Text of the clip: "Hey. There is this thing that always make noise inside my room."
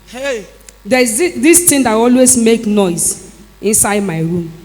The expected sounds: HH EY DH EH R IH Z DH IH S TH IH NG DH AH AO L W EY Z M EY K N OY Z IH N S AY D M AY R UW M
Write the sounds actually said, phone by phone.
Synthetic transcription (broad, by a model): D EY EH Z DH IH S T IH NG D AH AO L W EY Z M EY K N OY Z IH N S AY D M AY R UW M